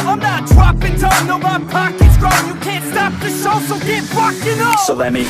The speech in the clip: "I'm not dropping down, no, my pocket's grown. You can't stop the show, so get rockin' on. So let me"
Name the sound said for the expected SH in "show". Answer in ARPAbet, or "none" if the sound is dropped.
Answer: S